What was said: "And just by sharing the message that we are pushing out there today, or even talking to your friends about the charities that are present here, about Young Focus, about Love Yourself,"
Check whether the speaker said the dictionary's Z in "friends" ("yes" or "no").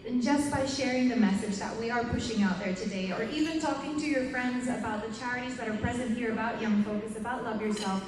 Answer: yes